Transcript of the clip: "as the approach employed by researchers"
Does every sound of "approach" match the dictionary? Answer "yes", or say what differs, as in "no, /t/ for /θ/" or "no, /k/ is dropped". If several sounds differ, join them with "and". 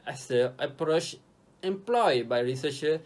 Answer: yes